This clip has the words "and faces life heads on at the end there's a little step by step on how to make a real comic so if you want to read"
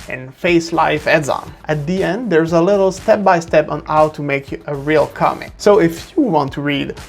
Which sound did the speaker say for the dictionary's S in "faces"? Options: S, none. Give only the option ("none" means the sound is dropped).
none